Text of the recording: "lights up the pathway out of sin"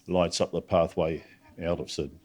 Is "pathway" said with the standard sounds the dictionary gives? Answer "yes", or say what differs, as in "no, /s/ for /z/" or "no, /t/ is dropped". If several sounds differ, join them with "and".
yes